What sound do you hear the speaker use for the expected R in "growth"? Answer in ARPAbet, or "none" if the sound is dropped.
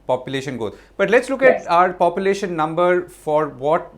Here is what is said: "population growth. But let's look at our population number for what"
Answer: none